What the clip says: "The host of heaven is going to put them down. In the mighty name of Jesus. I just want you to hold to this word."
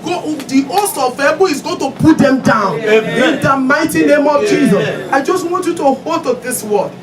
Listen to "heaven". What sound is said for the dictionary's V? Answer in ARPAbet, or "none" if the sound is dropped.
B